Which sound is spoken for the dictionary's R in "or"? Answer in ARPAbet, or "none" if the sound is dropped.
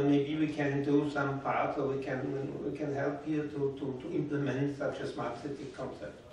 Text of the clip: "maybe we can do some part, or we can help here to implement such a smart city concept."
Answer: W